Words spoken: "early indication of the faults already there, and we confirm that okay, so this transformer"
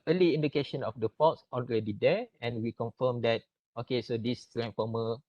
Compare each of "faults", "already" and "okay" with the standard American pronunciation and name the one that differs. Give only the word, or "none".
faults